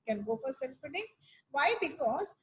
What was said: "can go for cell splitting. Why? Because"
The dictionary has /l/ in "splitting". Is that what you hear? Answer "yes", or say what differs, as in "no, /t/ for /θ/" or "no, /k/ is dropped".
no, /l/ is dropped